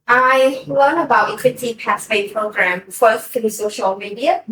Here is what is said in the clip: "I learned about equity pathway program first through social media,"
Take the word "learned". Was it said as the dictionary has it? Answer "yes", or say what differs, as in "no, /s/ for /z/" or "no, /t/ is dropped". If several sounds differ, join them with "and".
no, /d/ is dropped